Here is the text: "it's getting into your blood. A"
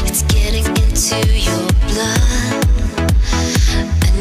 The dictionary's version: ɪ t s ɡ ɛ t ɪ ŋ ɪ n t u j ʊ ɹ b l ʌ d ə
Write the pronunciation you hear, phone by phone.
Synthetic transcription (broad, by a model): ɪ t s ɡ ɛ t ɪ ŋ ɪ n t u j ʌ ɹ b l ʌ ə